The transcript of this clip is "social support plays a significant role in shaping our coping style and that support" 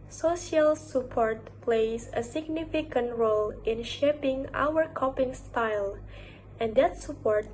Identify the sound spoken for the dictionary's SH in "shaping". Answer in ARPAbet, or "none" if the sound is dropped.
SH